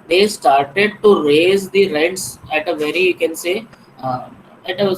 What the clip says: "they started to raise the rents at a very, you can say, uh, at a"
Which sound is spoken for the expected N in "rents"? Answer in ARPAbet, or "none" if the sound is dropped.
none